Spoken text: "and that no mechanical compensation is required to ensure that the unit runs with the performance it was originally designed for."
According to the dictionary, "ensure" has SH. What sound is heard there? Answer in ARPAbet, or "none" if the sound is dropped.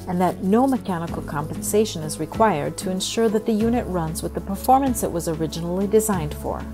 SH